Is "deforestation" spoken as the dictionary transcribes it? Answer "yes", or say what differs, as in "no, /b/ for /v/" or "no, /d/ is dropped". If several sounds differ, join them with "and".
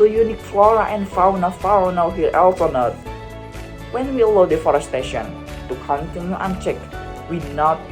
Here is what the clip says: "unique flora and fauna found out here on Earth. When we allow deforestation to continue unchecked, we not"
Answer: yes